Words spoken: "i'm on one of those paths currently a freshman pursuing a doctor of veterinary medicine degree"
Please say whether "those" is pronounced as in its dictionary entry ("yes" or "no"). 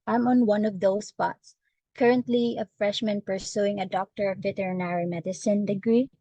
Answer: no